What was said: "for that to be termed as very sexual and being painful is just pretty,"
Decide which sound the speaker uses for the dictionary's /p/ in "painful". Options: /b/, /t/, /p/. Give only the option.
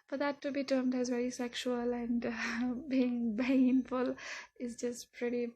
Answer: /b/